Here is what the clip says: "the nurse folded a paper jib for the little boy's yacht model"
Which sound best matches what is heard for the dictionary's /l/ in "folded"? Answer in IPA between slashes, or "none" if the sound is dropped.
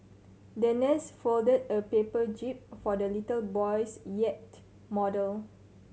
/l/